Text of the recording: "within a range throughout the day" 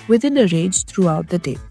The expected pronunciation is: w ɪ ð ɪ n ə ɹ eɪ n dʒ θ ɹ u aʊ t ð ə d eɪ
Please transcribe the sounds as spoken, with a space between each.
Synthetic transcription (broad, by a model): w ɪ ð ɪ n ə ɹ eɪ dʒ t ɹ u aʊ t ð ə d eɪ